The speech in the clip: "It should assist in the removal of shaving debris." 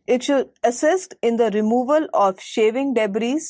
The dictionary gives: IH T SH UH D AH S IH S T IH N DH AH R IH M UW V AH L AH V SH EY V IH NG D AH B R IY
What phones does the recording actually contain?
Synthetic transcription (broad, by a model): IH T SH UH D AH S IH S T IH N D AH R IH M UW V AH L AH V SH EY V IH NG D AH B R IY